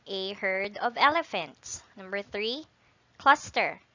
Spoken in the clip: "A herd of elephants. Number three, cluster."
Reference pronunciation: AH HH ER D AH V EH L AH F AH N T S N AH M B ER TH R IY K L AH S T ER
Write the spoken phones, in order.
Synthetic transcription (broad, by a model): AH HH ER D AH V EH L AH F AH N T S N AH M B ER TH R IY K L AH S T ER